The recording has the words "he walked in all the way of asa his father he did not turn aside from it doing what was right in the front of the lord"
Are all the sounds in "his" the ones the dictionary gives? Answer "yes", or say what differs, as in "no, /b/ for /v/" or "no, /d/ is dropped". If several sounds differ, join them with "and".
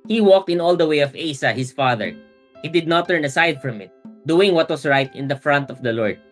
no, /s/ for /z/